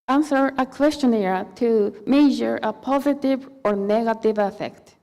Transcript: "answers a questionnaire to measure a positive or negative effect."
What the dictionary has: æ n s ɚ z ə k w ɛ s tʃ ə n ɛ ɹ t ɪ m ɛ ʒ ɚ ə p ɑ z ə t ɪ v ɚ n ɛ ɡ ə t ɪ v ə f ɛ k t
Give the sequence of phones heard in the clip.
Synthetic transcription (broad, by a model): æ n s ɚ ə k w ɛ s tʃ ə n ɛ ɹ t ɪ m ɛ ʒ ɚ ə p ɑ z ə t ɪ v ɚ n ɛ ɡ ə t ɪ v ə f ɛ k t